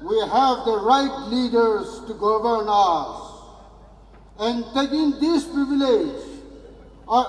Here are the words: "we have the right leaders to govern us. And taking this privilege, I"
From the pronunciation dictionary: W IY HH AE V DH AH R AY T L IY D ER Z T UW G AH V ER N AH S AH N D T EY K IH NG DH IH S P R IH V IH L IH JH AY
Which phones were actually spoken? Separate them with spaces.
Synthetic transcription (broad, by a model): W IY HH AE V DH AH R AY T L IY D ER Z T UW G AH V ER N AH S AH N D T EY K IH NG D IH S P R IH V IH L IH JH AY